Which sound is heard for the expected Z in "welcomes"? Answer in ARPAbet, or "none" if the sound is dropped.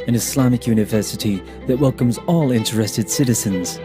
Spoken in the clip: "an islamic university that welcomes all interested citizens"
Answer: Z